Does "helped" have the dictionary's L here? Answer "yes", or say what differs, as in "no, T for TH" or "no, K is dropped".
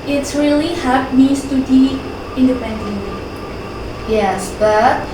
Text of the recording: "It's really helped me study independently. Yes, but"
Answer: no, L is dropped